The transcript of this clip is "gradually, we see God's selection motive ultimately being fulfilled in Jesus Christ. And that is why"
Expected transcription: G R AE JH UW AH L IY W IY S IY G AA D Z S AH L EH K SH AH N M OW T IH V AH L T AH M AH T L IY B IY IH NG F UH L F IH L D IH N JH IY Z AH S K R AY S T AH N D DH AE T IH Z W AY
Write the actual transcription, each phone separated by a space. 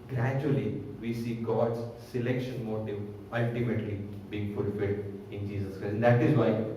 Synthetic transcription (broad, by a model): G R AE JH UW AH L IY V IY S IY G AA D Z S AH L EH K SH AH N M OW T IH V AH L T AH M AH T L IY B IY IH NG F UH L F IH L D IH N JH IY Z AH S K R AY AH N D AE T IH Z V AY